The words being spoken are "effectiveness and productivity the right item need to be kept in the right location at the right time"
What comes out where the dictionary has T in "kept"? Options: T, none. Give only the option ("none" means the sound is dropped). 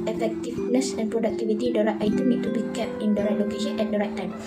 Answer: none